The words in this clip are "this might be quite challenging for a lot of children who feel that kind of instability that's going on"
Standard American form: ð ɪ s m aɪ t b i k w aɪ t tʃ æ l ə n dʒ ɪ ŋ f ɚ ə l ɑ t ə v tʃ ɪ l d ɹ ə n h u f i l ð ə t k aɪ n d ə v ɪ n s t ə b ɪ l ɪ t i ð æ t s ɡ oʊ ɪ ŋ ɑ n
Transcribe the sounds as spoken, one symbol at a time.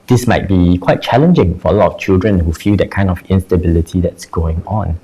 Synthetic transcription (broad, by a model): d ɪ s m aɪ t b i k w aɪ t tʃ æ l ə n dʒ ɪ ŋ f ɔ ə l ɑ t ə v tʃ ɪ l d ɹ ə n h u f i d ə t k aɪ n d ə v ɪ n s t ə b ɪ l ɪ t i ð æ t s ɡ oʊ ɪ ŋ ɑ n